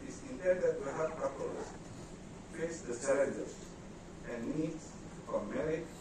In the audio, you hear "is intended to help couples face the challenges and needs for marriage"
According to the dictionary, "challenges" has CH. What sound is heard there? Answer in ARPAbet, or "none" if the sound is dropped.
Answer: S